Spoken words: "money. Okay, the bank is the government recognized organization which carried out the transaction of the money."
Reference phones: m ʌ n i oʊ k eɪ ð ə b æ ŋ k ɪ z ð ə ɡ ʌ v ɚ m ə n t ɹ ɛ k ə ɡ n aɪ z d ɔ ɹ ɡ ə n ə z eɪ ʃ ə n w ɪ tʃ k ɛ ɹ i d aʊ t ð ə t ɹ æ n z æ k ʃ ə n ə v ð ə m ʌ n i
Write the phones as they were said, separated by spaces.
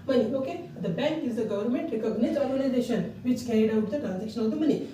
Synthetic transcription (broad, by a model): m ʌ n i oʊ k eɪ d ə b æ ŋ k ɪ z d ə ɡ ʌ v ɚ m ə n t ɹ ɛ k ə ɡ n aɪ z ɔ ɹ ɡ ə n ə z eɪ ʃ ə n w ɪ tʃ k ɛ ɹ i d aʊ t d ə t ɹ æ n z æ k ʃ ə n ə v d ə m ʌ n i